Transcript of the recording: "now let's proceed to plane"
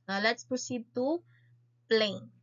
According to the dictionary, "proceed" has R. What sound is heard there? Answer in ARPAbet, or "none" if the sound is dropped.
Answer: none